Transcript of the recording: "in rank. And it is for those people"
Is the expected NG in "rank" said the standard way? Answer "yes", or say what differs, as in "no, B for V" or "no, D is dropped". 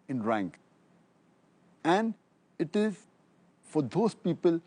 yes